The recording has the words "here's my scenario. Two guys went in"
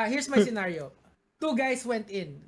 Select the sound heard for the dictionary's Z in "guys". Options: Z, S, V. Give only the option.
S